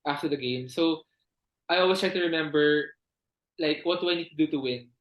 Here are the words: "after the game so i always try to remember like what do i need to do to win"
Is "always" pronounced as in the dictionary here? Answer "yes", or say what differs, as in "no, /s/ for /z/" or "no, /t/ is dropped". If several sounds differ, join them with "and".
no, /s/ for /z/